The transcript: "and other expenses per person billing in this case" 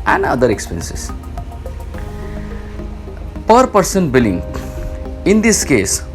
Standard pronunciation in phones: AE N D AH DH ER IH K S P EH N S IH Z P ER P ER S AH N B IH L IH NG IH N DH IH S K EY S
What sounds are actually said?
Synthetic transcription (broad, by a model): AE N D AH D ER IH K S P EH N S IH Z P ER P ER S AH N B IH L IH NG IH N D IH S K EY S